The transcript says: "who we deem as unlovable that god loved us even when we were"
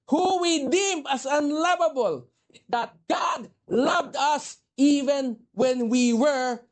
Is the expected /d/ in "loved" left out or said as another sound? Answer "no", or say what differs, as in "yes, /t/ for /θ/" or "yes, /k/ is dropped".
no